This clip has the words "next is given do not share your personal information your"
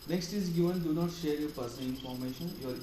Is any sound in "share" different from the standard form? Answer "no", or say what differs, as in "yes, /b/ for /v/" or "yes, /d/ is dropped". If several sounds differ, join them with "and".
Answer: no